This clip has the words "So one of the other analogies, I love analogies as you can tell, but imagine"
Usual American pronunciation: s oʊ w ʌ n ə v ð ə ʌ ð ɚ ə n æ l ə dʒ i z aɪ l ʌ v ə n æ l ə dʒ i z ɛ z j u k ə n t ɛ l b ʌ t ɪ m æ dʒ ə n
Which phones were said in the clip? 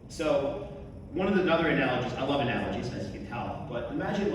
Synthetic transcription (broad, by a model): s oʊ w ʌ n ə v ð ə ʌ ð ɚ ə n æ l ə dʒ i z aɪ l ʌ v ə n æ l ə dʒ i z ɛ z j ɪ k ə n t ɛ l b ʌ t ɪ m æ dʒ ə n